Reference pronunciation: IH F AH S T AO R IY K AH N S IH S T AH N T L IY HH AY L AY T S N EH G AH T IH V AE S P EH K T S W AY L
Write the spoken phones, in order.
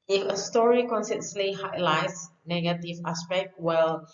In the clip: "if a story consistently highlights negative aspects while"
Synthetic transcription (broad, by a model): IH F AH S T AO R IY K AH N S S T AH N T L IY HH AY L AY T S N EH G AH T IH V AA S P EH K T W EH L